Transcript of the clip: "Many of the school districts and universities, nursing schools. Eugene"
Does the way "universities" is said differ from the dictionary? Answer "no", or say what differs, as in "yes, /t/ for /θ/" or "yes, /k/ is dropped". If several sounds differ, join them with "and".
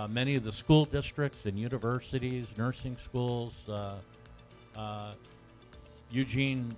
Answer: no